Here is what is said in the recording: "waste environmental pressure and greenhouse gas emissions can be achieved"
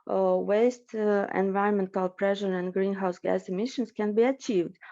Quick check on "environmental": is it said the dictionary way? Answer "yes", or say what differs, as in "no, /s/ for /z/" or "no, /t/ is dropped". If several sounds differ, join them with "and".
yes